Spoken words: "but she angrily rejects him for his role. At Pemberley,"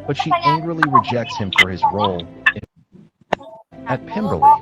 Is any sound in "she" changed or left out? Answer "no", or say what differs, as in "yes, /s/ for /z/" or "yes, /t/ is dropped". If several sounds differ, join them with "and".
no